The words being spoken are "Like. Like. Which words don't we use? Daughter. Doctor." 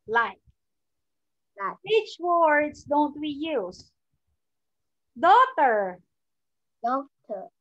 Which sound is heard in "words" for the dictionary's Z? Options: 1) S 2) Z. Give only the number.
1